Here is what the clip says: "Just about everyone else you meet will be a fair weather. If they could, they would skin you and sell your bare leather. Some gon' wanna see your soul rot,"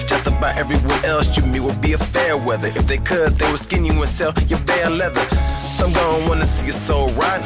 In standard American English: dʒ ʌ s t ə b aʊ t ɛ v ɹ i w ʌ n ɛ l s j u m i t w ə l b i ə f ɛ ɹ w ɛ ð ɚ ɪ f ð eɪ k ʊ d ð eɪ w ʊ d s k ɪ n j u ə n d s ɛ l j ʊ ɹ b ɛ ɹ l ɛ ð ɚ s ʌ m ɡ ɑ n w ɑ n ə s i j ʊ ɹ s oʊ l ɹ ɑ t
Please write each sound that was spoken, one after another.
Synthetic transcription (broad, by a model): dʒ ʌ s t ə b aʊ t ɛ v ɹ i w ʌ n ɛ l s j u m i w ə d b i ə f ɛ ɹ w ɛ ð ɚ ɪ f ð eɪ k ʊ d ð eɪ w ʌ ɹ s k ɪ n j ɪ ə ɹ s ɛ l j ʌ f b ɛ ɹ l ɛ ð ɚ s ʌ m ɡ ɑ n w ɑ n ə s i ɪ s oʊ ɹ ɑ t